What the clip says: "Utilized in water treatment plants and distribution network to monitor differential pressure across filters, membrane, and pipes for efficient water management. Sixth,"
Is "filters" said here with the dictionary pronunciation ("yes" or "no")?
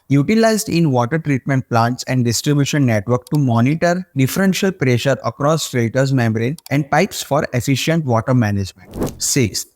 no